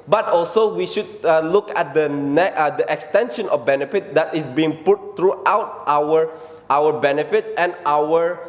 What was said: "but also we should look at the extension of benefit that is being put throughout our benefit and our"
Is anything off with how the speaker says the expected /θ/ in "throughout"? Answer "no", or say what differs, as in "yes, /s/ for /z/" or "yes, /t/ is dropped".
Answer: yes, /t/ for /θ/